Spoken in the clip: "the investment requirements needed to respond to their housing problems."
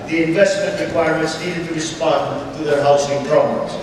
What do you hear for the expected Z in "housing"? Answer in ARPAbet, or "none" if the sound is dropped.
S